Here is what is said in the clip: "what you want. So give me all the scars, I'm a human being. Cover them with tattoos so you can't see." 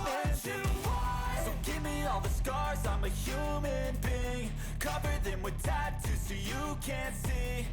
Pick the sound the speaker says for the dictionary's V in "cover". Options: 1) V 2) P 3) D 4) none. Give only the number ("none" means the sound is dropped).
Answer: 1